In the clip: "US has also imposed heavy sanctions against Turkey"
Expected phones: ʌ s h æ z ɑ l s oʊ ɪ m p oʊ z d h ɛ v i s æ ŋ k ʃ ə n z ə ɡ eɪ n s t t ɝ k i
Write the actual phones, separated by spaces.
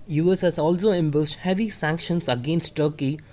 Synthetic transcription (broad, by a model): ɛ s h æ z ɑ l s oʊ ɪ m b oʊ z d h ɛ v i s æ ŋ k ʃ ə n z ə ɡ eɪ n s t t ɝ k i